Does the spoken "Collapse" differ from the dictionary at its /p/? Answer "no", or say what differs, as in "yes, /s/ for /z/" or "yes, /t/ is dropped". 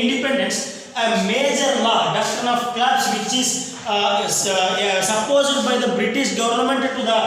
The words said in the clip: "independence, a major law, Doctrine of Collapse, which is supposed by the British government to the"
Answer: yes, /b/ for /p/